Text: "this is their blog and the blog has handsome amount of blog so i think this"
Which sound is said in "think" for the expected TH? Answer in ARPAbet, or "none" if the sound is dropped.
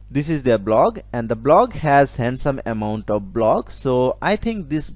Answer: T